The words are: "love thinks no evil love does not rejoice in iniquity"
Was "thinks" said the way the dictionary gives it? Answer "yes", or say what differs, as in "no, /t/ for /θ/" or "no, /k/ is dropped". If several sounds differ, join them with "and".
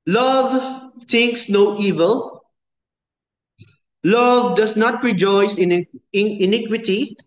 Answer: no, /t/ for /θ/